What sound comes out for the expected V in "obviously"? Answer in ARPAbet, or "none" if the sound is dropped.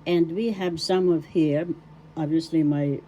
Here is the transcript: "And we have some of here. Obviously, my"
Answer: V